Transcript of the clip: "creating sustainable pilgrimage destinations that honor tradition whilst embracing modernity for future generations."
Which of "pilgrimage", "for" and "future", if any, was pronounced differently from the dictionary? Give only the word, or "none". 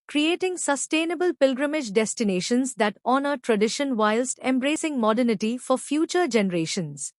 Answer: none